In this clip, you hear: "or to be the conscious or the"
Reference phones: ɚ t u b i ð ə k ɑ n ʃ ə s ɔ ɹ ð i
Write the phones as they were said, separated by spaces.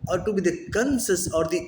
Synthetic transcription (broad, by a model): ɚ t u b i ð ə k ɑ n s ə s ɔ ɹ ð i